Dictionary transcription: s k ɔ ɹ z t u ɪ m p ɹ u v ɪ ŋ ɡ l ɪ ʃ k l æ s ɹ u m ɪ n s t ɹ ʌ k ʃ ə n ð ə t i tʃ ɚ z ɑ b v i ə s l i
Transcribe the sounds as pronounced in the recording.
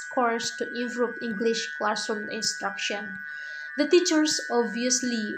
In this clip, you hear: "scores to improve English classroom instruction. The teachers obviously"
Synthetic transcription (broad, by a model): k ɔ ɹ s t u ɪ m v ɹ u p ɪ ŋ ɡ l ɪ ʃ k l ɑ s u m ɪ n s t ɹ ʌ k ʃ ə n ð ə t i tʃ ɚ s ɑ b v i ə s l i